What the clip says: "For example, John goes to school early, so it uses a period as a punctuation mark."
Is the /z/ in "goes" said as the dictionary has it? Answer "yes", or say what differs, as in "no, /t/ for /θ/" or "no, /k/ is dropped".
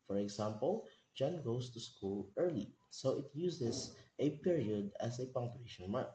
no, /s/ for /z/